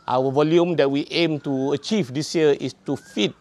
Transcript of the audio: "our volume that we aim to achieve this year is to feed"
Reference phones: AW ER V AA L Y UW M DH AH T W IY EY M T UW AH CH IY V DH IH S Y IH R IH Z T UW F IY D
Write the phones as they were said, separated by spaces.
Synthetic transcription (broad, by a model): AW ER V AA L Y UW M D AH T W IY EY M T UW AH CH IY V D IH S Y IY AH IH S T UW F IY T